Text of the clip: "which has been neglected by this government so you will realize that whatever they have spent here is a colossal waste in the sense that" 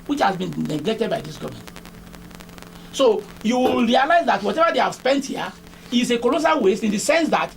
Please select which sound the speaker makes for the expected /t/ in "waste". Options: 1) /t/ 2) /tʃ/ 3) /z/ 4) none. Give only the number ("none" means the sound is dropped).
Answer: 4